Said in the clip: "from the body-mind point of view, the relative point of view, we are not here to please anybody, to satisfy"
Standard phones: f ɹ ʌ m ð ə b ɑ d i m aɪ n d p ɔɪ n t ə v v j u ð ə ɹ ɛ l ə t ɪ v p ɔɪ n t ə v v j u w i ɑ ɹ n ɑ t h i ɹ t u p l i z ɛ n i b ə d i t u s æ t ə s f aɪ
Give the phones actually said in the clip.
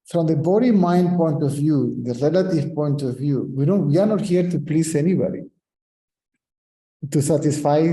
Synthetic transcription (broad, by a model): f ɹ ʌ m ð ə b ɑ d i m aɪ n d p ɔɪ n t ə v v j u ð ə ɹ ɛ l ə t ɪ v p ɔɪ n t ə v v j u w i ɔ w n ɑ t h i ɹ t u p l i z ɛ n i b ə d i t u s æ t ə s f aɪ